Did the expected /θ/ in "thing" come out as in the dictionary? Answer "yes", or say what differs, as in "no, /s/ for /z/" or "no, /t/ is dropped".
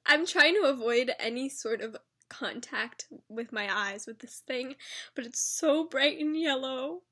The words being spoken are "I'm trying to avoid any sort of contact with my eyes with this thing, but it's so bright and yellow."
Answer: yes